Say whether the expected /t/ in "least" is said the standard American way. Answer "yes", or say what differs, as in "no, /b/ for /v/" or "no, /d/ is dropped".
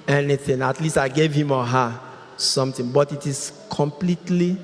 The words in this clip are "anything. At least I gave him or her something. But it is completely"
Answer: yes